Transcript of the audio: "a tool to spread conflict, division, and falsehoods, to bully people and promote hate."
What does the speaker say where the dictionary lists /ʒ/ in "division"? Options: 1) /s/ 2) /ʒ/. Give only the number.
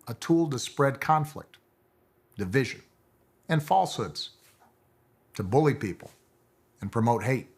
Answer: 2